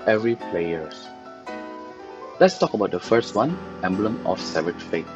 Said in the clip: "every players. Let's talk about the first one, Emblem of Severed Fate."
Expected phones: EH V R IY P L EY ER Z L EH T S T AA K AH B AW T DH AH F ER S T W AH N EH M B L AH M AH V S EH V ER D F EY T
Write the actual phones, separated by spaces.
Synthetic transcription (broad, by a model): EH V R IY P L EY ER S L EH T S T AA K AH B AW T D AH F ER S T W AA N EH M B L AH M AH F S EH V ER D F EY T